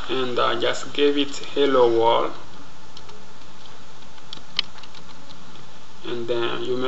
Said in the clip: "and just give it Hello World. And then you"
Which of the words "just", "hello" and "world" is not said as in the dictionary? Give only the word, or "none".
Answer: world